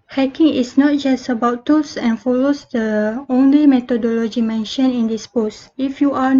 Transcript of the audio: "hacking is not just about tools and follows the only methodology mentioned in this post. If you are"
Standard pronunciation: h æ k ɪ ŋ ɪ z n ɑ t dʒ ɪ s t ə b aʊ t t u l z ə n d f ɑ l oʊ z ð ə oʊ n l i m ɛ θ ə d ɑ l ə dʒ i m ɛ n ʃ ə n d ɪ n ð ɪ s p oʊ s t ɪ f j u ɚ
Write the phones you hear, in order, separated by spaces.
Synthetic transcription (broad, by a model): h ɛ k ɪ ŋ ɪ s n ɑ t dʒ ɪ s t ə b aʊ t t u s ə n f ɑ l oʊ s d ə oʊ n l i m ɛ t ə d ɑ l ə dʒ i m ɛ n ʃ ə n ɪ n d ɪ s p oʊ s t ɪ f j u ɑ